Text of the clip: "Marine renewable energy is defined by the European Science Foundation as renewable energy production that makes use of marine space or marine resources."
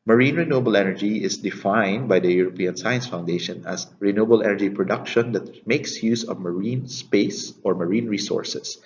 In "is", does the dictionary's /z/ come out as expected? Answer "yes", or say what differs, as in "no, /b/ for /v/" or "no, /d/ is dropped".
no, /s/ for /z/